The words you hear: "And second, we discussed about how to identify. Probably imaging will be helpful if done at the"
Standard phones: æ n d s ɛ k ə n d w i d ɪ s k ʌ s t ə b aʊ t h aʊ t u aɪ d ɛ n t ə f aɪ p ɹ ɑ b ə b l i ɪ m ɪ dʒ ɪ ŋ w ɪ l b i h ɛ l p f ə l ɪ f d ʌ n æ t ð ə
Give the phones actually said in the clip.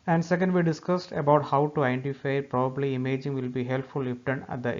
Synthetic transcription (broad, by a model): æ n d s ɛ k ə n d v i d ɪ s k ʌ s t ə b aʊ t h aʊ t u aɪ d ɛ n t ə f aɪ p ɹ ɑ b ə b l i ɪ m ɪ dʒ ɪ ŋ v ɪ l b i h ɛ l p f ə l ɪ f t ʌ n æ t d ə